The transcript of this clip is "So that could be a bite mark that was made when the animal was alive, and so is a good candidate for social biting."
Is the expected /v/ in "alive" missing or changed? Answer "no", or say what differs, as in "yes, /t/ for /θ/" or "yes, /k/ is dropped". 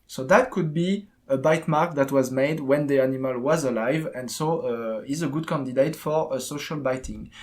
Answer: no